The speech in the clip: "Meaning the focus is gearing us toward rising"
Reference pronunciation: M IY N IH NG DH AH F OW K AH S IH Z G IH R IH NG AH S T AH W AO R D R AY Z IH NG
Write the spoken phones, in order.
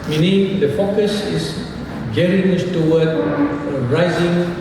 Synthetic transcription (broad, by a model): M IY N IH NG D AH F OW K AH S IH S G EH R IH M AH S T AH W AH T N R AY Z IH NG